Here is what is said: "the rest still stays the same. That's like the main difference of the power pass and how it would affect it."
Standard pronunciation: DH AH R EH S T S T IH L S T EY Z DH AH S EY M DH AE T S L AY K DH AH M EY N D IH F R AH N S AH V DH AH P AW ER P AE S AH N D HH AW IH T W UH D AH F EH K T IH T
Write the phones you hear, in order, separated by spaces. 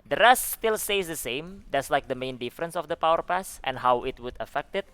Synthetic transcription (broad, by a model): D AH R EH S T S T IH L S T EY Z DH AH S EY M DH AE T S L AY K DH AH M EY N D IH F R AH N S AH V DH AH P AW ER P AE S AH N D HH AW IH T W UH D AH F EH K T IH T